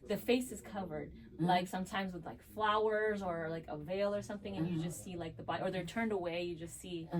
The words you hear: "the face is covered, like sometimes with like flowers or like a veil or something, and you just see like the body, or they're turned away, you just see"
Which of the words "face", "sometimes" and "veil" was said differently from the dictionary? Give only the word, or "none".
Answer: none